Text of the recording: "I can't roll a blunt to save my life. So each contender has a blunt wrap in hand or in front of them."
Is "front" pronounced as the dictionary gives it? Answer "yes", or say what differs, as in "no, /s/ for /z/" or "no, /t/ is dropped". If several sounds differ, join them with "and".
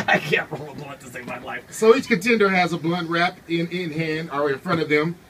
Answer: no, /n/ is dropped